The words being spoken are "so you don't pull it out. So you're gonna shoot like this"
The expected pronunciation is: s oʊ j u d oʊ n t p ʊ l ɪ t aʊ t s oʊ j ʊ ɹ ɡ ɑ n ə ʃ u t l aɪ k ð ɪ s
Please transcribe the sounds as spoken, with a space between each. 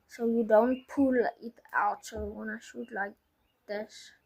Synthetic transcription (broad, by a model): s oʊ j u d oʊ n t p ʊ l ɪ t aʊ t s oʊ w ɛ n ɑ ə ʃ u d l aɪ k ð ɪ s